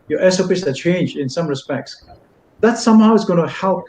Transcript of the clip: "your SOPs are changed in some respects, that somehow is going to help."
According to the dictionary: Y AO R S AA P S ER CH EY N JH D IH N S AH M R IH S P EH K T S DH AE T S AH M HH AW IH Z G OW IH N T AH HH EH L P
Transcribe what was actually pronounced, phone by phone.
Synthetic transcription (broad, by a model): Y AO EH S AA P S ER CH EY N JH IH N S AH M R IH S P EH K T S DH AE T S AH M HH AW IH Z G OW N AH HH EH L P